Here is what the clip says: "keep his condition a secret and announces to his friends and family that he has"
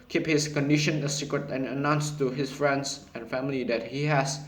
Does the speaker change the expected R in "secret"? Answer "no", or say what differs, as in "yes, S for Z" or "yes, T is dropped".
no